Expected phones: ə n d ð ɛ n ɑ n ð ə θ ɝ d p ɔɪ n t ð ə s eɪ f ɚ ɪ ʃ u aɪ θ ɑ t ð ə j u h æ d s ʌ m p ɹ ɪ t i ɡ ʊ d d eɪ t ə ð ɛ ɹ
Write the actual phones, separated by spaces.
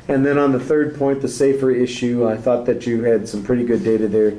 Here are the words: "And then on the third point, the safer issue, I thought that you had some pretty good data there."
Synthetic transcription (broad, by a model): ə n ð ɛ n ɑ n ð ə θ ɝ d p ɔɪ n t ð ə s eɪ f ɚ ɪ ʃ u aɪ θ ɑ t ð ə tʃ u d s ʌ m p ɹ ɪ t i ɡ ʊ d d eɪ t ə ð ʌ ɹ